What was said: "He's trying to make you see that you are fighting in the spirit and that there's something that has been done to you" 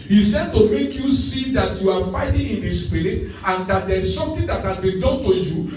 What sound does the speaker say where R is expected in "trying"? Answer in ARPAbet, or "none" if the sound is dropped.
none